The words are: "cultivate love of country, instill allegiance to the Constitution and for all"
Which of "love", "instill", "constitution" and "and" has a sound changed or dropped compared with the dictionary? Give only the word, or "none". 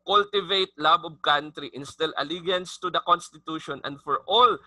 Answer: love